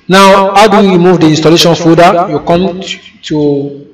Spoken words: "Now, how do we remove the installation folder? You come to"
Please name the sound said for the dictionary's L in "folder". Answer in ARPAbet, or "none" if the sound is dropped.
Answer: none